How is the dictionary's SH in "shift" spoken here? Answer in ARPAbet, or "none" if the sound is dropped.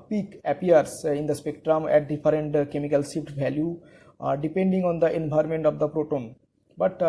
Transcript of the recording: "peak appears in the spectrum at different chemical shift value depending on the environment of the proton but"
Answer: S